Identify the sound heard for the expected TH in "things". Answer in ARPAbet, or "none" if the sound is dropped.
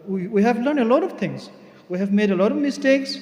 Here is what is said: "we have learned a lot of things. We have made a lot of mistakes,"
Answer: T